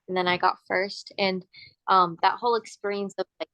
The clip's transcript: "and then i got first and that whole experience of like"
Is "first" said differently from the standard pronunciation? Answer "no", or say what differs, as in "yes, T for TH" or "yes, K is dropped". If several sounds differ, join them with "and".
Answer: no